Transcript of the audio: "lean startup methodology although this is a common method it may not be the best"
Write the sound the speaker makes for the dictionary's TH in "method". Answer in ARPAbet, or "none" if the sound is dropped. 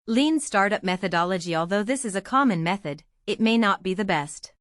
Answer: TH